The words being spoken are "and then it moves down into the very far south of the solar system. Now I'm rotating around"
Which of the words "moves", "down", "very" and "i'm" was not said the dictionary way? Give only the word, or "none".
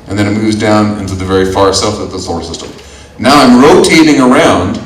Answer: none